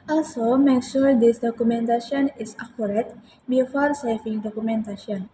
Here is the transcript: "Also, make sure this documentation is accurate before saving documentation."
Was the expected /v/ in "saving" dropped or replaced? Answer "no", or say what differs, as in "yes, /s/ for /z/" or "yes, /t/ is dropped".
yes, /f/ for /v/